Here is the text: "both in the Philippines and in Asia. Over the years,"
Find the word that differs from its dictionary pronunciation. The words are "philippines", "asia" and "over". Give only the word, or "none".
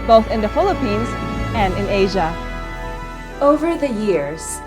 none